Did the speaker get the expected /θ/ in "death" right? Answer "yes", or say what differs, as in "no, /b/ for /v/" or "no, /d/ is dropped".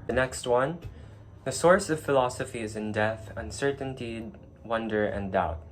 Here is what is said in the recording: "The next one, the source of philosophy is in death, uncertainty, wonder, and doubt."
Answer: yes